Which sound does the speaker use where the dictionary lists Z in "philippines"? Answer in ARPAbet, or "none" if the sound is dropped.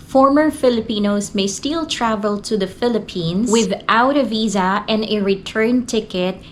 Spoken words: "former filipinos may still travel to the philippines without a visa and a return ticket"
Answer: S